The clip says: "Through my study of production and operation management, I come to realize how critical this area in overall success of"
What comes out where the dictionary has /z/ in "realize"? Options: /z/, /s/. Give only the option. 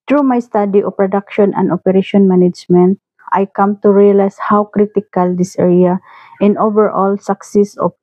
/s/